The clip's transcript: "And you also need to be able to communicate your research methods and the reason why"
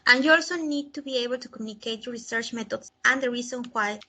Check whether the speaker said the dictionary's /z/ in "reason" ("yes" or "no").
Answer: no